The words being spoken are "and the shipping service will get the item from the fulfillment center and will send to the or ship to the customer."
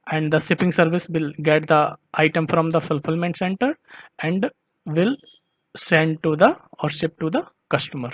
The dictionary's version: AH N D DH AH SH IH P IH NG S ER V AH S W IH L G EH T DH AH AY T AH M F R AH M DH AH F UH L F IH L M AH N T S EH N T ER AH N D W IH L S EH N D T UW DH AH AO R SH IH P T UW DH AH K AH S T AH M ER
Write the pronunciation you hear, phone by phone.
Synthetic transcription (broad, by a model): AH N D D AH S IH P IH NG S ER V AH S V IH L G EH T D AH AY T AH M F R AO M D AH F UH L F IH L M AH N T S EH N T ER AH N D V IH L S EH N D T UW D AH AO R S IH P T UW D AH K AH S T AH M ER